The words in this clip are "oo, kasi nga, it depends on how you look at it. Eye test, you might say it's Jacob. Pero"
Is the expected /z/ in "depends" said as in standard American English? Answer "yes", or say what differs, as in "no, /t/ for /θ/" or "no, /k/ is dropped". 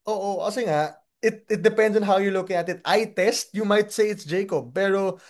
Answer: no, /s/ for /z/